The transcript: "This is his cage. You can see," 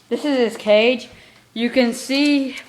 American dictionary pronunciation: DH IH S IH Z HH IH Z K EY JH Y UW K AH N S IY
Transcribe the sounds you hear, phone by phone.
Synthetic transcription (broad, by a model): DH IH S IH Z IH S K EY JH Y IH K AH N S IY